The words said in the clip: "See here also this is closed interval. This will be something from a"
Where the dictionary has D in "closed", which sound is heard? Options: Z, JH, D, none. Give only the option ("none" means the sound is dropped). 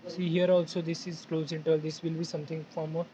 none